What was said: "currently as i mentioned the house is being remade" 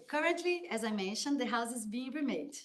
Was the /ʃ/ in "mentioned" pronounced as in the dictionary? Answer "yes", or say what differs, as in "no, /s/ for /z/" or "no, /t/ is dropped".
yes